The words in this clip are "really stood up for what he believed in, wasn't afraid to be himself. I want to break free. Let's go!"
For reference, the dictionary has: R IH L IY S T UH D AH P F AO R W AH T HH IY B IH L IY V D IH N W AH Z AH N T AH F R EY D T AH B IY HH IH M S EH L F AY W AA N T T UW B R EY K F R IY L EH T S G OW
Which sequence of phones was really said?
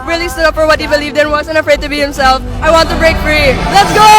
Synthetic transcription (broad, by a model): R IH L IY S T UH D AH P F AO R W AH T HH IY B IH L IY V D IH N W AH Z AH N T AH F R EY D T AH B IY HH IH M S EH L F AY W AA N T T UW B R EY K F R IY L EH T S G OW